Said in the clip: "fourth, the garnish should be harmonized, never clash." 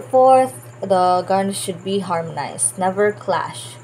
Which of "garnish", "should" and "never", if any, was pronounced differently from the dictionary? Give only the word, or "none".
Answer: garnish